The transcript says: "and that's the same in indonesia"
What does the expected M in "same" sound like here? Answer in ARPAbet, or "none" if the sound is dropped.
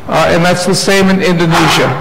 M